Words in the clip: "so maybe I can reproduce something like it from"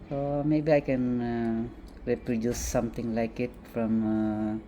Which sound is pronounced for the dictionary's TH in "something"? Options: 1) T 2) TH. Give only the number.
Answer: 1